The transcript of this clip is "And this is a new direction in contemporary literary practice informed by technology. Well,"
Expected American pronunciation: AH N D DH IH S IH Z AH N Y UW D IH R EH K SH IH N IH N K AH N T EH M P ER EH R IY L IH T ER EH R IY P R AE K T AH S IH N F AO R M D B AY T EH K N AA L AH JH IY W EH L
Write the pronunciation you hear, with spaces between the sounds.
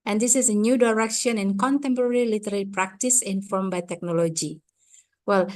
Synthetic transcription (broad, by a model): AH N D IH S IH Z AH N Y UW D IH R EH K SH IH N IH N K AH N T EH M P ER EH R IY L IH T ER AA L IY P R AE K T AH S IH N F AO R M B AY T EH K N AA L AH JH IY W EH L